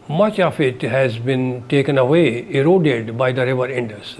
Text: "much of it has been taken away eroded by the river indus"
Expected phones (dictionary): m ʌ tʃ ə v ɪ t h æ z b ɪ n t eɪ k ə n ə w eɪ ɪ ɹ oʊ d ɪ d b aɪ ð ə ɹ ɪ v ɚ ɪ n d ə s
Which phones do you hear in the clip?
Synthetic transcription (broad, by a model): m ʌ tʃ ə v ɪ t h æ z b ɪ n t eɪ k ə n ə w eɪ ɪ ɹ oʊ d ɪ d b aɪ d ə ɹ ɪ v ɚ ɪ n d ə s